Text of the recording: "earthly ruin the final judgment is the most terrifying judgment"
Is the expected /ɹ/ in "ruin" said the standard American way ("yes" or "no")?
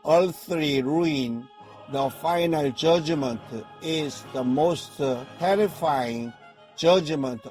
yes